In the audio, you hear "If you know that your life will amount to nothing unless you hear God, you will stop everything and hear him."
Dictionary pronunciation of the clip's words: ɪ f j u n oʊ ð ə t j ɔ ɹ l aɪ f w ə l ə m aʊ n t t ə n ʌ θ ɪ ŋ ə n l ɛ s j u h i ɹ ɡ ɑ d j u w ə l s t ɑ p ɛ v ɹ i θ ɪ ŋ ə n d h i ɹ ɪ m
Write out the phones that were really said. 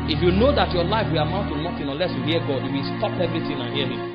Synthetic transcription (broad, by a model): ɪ f j u n oʊ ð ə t j ɔ l aɪ f w ə l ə m aʊ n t t ə n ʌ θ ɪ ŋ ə l ɛ s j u h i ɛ ɡ ɑ d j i w ə l s t ɑ p ɛ v ɹ i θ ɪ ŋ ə n h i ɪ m